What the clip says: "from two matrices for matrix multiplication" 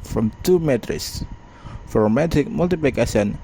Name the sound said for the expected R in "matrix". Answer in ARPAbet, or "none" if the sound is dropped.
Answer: none